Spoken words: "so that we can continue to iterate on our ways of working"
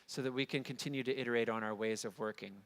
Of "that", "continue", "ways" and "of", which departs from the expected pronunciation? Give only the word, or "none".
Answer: none